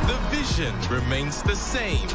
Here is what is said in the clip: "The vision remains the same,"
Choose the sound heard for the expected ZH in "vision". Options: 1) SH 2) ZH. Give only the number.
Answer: 2